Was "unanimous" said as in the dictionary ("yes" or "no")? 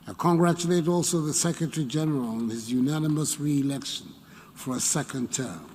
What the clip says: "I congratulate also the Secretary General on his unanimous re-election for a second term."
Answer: yes